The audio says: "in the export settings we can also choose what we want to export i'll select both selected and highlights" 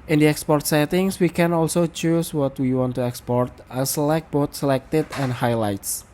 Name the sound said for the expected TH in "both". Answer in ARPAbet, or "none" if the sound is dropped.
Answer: T